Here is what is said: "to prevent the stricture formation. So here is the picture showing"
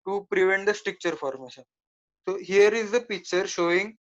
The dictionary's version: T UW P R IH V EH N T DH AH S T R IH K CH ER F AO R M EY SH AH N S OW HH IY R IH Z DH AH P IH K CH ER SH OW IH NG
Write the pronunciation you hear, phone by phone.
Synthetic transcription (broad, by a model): T UW P R IH V EH N T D AH S T R IH K CH ER F AO R M EY SH AH N S OW HH IY R IH Z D AH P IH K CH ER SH OW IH NG